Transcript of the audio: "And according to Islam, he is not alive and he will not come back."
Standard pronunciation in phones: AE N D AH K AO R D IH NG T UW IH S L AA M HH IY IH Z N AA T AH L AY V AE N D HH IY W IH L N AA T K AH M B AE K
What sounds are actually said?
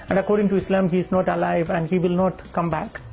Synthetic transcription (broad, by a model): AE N D AH K AO R D IH NG T UW IH S L AA M HH IY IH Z N AA T AH L AY V AE N D HH IY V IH L N AA T K AH M B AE K